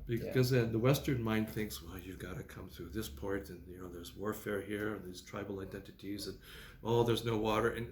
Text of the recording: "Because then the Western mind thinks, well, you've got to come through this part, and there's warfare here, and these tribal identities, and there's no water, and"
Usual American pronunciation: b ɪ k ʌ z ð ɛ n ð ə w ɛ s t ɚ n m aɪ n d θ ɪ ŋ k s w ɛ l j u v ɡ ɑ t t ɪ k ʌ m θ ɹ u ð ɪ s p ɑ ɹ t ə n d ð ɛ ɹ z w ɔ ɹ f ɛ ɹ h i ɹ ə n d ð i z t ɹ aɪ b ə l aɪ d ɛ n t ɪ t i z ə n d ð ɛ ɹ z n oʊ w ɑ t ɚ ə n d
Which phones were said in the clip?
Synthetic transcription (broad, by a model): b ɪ k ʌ z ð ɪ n ð ə w ɛ s t ɚ n m aɪ n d θ ɪ ŋ k s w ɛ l j u v ɡ ɑ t t ɪ k ʌ m θ ɹ u ð ɪ s p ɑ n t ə n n ð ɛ ɹ z w ɔ ɹ f ɛ ɹ h i ɹ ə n ð i z t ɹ aɪ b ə l aɪ d ɛ n t ɪ t i z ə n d ð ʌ ɹ z n oʊ w ɑ t ɚ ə n